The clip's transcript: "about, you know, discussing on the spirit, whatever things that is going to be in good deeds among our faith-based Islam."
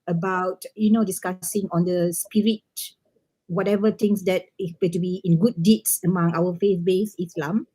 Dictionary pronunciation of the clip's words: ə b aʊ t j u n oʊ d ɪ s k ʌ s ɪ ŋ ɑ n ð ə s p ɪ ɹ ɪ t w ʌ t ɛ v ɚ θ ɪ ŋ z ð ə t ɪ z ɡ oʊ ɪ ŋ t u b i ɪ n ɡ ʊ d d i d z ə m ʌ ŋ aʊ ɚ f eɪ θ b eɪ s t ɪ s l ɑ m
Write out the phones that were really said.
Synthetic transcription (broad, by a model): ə b aʊ t j u n oʊ d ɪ s k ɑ s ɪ ŋ ɑ n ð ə s p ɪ ɹ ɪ t w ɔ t ɛ v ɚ t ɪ ŋ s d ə t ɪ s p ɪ t u b i ɪ n ɡ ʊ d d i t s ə m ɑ ŋ aʊ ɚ f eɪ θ b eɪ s ɪ s l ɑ m